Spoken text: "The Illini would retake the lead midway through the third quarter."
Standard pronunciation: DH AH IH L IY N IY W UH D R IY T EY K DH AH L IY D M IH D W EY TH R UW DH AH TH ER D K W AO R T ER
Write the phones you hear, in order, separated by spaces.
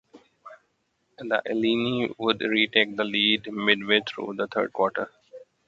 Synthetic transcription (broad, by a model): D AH IH L IY N IY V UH D R IY T EY K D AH L IY D M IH D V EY T R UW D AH T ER D K W AO R T ER